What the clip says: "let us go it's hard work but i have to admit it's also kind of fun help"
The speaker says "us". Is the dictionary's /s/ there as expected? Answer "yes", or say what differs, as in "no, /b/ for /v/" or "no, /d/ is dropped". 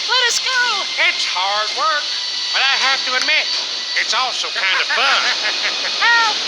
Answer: yes